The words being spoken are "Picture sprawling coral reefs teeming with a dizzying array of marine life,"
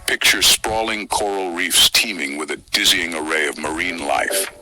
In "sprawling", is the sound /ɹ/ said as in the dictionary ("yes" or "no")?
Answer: yes